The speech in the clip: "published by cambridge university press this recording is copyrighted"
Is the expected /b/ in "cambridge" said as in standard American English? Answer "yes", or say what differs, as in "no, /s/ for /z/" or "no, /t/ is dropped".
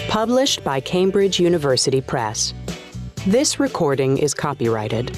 yes